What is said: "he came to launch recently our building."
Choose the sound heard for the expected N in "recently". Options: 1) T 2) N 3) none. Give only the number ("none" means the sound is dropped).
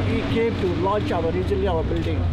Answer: 3